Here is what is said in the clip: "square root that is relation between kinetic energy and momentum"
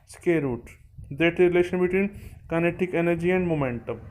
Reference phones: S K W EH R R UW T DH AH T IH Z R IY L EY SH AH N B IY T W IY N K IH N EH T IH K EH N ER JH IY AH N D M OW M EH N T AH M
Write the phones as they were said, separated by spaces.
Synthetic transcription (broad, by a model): S K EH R R UW T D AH T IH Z R IY L EY SH AH N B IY T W IY N K IH N EH T IH K EH N ER JH IY AH N D M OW M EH N T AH M